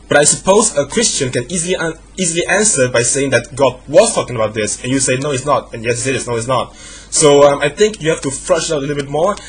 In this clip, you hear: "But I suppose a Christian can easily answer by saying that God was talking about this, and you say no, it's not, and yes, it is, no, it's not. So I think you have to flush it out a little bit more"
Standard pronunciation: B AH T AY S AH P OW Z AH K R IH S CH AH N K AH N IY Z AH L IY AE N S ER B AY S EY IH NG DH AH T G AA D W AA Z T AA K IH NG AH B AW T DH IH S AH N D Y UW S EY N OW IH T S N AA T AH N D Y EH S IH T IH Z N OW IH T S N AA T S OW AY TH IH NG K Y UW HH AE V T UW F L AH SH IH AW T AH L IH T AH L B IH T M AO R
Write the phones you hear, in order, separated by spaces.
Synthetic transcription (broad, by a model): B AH T AY S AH P OW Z AH K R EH S CH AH N K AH N IY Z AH L IY AE N S ER B AY S EY IH NG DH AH T G AA D W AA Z T AA K IH NG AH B AW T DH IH S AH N Y UW S EY N OW IH T S N AA T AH N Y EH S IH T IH S N OW IH T S N AA T S OW AY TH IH NG K Y UW HH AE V T UW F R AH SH IH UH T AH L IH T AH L B IH T M AO R